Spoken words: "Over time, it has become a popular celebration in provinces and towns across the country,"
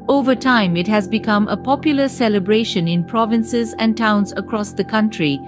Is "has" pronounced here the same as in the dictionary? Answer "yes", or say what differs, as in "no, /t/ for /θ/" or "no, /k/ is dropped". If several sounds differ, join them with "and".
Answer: yes